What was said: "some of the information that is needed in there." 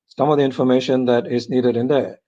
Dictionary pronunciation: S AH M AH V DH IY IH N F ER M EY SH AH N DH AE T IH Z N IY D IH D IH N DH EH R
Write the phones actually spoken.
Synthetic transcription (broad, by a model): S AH M AH V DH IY IH N F ER M EY SH AH N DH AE T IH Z N IY D IH D IH N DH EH